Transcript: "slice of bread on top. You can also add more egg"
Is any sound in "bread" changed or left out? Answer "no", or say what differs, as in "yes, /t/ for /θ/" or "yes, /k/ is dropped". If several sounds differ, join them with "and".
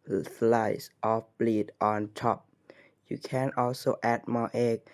yes, /l/ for /ɹ/